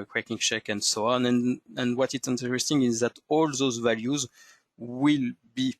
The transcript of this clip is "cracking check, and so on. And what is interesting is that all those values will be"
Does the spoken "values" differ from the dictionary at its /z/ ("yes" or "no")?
no